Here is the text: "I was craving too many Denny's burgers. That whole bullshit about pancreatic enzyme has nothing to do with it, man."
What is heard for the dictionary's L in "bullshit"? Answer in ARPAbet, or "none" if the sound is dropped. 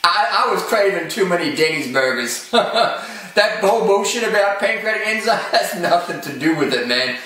none